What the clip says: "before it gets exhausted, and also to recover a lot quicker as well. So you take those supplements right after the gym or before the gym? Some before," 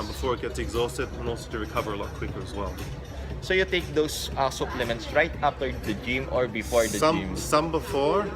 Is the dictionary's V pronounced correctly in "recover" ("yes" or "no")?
yes